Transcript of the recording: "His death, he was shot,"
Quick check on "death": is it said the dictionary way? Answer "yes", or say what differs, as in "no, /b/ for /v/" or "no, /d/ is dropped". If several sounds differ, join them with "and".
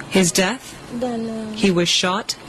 yes